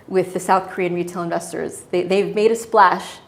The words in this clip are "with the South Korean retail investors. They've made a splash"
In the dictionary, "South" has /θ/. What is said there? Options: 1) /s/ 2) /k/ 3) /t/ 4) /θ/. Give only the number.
4